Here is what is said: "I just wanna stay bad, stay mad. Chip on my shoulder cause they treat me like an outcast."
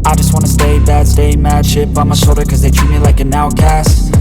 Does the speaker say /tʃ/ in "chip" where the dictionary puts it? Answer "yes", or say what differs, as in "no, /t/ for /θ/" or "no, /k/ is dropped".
no, /ʃ/ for /tʃ/